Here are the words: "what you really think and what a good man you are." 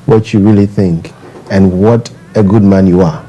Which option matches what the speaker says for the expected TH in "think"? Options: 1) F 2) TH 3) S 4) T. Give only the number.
2